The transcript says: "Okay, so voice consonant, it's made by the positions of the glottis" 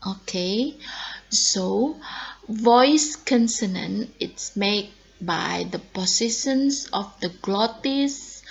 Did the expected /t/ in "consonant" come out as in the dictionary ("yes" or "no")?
no